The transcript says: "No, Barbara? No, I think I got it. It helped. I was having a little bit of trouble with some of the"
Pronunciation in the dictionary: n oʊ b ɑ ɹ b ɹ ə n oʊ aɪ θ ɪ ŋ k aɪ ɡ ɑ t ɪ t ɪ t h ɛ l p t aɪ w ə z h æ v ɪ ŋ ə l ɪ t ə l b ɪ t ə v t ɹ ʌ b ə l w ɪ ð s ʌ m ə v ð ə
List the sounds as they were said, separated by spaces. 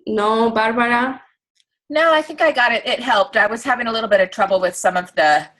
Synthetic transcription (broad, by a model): n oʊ b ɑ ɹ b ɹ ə n oʊ aɪ θ ɪ ŋ k aɪ ɡ ɑ t ɪ t ɪ t h ɛ l p t aɪ w ə z h æ v ɪ ŋ ə l ɪ t l b ɪ t ə v t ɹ ʌ b l w ɪ ð s ʌ m ə v ð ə